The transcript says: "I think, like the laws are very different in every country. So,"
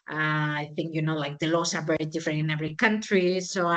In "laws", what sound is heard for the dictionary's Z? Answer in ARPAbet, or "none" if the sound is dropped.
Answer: S